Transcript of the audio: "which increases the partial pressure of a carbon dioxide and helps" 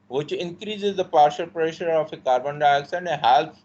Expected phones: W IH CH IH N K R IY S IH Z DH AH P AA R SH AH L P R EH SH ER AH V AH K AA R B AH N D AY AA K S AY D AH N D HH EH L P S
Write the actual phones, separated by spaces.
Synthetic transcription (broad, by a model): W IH CH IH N K R IY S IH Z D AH P AA R SH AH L P R EH SH ER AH F AH K AA R B AH N D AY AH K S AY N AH HH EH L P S